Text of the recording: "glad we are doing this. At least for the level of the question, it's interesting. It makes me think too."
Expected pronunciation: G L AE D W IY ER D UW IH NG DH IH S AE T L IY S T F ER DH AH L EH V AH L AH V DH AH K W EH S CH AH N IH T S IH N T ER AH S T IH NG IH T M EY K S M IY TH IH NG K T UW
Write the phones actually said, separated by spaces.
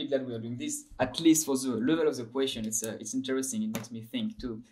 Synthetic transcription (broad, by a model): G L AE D W IY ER D UW IH NG DH IH S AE T L IY S T F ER DH AH L EH V AH L AH V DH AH K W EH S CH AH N IH T S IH N T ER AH S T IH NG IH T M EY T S M IY TH IH NG K T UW